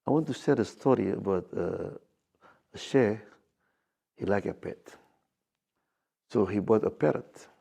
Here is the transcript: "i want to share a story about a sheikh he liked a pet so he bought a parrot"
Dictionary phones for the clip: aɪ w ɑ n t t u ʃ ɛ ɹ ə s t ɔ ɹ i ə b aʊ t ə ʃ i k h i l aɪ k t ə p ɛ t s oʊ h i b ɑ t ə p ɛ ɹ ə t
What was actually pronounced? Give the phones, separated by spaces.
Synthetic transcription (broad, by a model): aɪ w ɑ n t t u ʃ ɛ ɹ ə s t ɔ ɹ i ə b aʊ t ə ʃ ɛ h i l aɪ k ə p ɛ t s oʊ h i b ɑ t ə p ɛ ɹ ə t